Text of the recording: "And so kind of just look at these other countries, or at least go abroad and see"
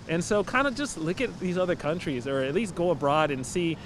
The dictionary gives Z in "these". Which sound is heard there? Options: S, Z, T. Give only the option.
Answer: Z